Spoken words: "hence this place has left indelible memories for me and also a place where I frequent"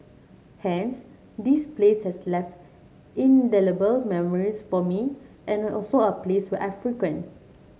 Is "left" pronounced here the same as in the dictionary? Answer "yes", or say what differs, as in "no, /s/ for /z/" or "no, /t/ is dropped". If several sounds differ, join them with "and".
yes